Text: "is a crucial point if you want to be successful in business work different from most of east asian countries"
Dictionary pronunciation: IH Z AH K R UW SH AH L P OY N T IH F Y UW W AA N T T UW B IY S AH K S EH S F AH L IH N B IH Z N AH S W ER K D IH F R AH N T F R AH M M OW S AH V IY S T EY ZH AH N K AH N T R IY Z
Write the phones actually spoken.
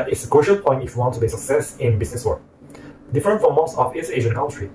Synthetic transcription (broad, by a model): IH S AH K R UW SH AH L P OY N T IH F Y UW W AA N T T UW B IY S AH K S EH S IH N B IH S N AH S W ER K D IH F R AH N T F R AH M M OW S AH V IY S EY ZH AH N K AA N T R IY